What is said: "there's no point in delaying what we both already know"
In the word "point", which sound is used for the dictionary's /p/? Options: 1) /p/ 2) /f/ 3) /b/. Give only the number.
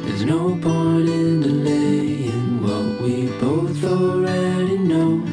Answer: 3